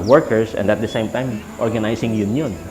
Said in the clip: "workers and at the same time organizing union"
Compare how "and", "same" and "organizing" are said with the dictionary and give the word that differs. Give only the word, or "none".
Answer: organizing